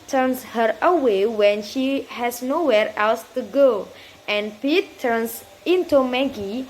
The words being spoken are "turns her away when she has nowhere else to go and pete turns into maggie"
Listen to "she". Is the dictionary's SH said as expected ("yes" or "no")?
yes